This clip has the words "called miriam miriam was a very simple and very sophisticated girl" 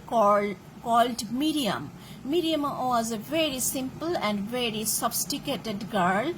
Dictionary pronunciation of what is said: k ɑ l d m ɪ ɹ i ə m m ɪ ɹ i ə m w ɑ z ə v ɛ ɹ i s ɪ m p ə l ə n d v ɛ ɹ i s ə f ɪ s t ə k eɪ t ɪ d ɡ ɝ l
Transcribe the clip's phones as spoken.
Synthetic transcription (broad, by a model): k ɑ l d m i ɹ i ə m m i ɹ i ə m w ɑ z ə v ɛ ɹ i s ɪ m p ə l ə n d v ɛ ɹ i s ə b s t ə k eɪ t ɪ d ɡ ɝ l